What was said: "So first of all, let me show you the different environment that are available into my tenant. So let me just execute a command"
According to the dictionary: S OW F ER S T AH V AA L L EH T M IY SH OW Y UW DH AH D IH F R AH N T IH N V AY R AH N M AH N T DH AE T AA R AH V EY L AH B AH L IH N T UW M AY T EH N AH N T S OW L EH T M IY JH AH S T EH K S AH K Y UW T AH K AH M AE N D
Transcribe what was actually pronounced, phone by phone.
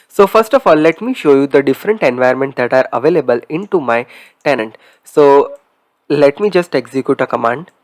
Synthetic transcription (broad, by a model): S OW F ER S T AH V AA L L EH T M IY SH OW Y UW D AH D IH F R AH N T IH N V AY AH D M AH N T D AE T AA R AH V EY L AH B AH L IH N T UW M AY T EH N AH N T S OW L EH T M IY JH AH S T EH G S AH K Y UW T AH K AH M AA N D